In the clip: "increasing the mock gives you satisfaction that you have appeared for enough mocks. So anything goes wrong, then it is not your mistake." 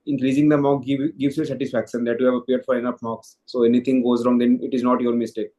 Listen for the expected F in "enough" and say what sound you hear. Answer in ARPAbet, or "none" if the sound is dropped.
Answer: P